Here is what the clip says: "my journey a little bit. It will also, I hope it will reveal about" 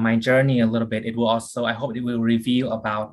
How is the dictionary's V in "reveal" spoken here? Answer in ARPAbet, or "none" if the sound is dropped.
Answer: V